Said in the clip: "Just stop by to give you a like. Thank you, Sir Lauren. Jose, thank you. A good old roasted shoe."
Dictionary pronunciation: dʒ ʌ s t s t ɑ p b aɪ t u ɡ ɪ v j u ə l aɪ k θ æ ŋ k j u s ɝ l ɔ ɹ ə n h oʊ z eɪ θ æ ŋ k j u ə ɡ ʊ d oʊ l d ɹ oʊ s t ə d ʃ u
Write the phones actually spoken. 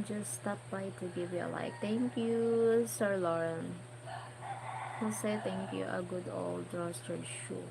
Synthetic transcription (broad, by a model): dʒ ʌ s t s t ɑ p b aɪ t u ɡ ɪ v j u ə l aɪ k t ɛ ŋ k j u s ɝ l ɔ ɹ ə n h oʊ s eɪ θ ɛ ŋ k j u ə ɡ ʊ d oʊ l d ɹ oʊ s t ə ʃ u